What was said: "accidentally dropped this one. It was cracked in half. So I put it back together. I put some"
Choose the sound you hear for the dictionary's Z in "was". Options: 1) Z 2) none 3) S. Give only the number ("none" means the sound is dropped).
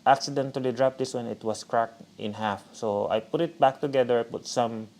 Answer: 3